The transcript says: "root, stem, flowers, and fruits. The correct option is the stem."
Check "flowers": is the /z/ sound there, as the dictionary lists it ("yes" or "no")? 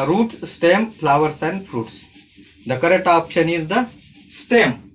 no